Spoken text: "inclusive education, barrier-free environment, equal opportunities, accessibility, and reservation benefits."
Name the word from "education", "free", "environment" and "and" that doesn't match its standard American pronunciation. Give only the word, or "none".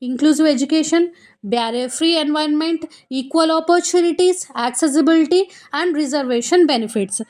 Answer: environment